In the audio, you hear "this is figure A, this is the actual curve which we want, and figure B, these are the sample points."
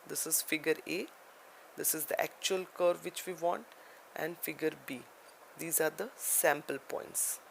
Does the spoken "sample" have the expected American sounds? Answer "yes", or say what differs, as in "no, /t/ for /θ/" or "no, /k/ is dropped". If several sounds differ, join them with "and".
yes